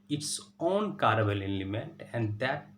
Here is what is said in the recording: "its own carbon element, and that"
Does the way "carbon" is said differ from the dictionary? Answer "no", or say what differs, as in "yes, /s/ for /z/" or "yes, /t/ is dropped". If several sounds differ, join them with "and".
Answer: yes, /l/ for /n/